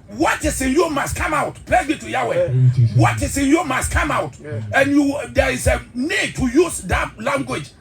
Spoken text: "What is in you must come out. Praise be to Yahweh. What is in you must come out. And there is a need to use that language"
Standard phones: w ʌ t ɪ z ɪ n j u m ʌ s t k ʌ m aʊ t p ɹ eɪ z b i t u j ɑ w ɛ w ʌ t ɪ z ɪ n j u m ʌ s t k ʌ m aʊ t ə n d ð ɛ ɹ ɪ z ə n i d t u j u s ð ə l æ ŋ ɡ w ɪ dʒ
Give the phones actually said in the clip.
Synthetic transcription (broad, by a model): w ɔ t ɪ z ɪ n j u m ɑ s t k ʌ m aʊ t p l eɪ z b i t u j ɑ w ɛ w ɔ t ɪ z ɪ n j u m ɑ s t k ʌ m aʊ t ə n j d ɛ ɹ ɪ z ə n i d t u j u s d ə l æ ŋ ɡ w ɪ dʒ